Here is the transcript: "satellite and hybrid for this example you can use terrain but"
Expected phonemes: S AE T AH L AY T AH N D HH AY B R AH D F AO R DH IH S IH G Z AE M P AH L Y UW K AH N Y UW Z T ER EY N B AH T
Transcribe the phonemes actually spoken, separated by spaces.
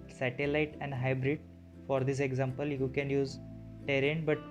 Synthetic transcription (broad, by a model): S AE T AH L AY T AH N D HH AY B R AH D F AO R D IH S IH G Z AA M P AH L Y UW K AH N Y UW Z T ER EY N B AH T